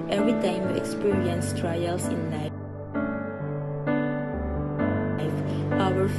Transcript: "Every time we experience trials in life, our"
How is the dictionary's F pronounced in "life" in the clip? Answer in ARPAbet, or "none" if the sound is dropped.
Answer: none